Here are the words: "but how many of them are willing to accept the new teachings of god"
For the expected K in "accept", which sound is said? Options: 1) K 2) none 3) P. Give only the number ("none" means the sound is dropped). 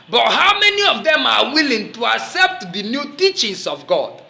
1